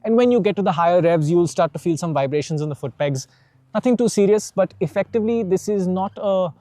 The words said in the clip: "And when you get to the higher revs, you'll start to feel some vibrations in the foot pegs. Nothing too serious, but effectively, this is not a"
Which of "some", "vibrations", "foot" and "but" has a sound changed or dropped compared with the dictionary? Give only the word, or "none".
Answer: none